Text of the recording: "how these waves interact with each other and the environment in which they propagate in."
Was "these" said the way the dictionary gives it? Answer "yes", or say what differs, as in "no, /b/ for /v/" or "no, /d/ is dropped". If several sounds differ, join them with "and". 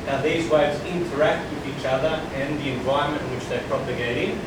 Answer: yes